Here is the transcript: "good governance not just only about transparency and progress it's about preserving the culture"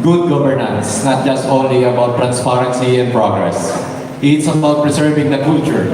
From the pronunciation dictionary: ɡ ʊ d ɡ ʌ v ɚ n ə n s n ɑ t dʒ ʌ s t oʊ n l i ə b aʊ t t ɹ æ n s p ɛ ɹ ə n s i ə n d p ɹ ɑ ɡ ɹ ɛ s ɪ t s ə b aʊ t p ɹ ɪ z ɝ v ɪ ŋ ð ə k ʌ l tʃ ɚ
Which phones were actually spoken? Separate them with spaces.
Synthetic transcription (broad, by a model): ɡ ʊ d ɡ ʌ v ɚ n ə n s n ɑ t dʒ ʌ s t oʊ n l i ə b aʊ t t ɹ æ n s p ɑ ɹ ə n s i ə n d p ɹ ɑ ɡ ɹ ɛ s ɪ t s ə b aʊ t p ɹ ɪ s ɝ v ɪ ŋ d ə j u tʃ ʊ